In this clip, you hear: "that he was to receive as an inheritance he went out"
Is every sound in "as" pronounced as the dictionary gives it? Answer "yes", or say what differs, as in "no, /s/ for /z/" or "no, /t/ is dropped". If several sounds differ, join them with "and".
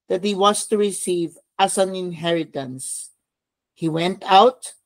no, /s/ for /z/